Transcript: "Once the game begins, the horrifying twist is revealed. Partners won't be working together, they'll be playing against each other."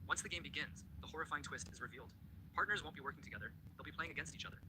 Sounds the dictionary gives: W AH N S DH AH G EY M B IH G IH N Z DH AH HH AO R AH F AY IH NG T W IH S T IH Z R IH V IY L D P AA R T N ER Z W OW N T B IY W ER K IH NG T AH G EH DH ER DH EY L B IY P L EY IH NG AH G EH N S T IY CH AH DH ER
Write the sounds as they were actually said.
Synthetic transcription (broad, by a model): W AH N S DH AH G EY M B IH G IH N Z DH AH HH AO R AH F AY IH NG T W IH S T IH Z R IH V IY L D P AA R T N ER Z W OW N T B IY W ER K IH NG T AH G EH DH ER DH EY L B IY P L EY IH NG AH G EH N S T IY CH AH DH ER